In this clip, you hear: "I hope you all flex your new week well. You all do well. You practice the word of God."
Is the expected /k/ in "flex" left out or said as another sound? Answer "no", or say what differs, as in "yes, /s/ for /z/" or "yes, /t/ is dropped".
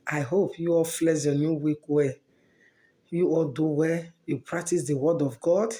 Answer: yes, /k/ is dropped